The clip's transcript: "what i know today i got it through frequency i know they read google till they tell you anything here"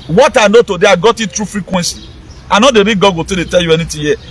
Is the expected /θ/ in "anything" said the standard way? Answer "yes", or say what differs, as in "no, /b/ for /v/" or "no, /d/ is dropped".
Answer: no, /t/ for /θ/